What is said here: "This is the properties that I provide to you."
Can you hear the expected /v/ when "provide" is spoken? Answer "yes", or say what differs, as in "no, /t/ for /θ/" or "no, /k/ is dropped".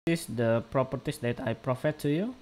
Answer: no, /f/ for /v/